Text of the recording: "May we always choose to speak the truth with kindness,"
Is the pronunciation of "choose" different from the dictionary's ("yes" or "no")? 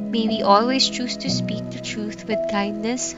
no